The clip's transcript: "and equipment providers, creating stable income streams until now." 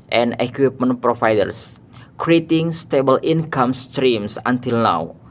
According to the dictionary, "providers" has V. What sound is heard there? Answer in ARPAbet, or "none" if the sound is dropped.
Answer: F